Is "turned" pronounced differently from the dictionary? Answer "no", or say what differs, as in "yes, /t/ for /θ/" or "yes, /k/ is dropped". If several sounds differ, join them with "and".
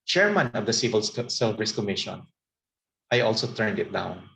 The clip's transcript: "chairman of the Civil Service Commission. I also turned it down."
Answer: no